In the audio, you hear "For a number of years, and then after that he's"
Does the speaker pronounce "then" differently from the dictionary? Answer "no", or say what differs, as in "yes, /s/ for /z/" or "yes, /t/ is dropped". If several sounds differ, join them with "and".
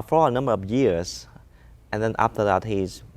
no